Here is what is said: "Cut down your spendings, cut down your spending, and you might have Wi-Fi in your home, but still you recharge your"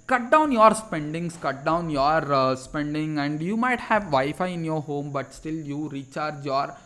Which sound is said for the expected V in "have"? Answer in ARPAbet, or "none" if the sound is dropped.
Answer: V